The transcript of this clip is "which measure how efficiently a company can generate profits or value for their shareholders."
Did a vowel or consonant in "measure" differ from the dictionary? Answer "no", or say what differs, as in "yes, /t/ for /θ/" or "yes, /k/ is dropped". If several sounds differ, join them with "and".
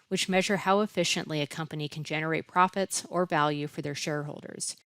no